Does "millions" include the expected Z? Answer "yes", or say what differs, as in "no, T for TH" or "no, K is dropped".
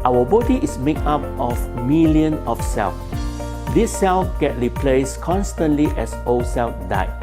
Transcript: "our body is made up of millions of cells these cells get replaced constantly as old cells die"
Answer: no, Z is dropped